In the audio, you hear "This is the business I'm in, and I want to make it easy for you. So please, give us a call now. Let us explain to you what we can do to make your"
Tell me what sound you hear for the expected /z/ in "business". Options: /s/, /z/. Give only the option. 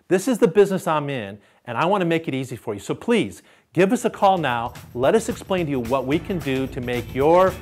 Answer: /z/